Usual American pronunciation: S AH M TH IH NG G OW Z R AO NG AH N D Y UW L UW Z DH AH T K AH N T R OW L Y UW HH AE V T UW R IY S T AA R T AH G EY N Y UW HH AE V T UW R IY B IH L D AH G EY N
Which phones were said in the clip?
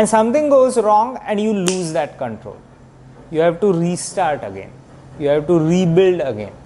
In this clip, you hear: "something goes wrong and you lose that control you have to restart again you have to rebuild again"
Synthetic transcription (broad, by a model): S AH M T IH NG G OW Z R AO NG AH N D Y UW L UW Z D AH T K AH N T R OW L Y UW HH AE V T UW R IY S T AA R T AH G EY N Y UW HH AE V T UW R IY B IH L D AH G EY N